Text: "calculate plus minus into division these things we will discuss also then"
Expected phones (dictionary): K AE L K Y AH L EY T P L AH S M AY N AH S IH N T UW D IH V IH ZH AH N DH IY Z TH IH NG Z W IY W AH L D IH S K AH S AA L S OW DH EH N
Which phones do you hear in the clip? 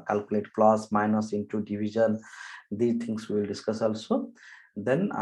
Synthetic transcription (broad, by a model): K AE L K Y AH L EY T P L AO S M AY N AH S IH N T UW D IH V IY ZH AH N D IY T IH NG S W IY L D IH S K AH S AA L S OW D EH N